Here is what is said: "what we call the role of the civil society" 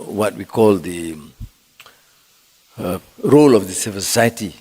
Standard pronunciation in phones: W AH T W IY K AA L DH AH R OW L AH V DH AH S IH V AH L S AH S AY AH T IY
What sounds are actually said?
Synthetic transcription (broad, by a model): W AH T W IY K AA L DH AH R OW L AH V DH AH S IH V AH S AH S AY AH T IY